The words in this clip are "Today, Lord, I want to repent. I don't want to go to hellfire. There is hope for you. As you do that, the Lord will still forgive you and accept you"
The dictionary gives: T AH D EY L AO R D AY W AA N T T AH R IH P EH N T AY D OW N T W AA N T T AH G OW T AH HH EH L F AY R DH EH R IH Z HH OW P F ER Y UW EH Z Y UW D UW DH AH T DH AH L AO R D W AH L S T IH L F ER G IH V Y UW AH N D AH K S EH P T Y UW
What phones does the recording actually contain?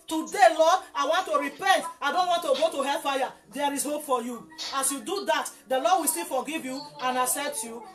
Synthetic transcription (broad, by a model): T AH D EY L AO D AY W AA N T T AH R IH P EH N T AY D OW N T W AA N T T AH G OW T AH HH EH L F AY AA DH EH R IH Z HH OW P F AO Y UW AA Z Y UW D UW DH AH T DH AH L AO D W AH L S T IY L F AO G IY V Y UW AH N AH S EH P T Y UW